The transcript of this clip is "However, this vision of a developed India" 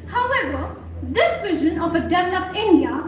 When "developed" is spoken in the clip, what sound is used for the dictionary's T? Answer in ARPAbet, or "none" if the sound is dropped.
none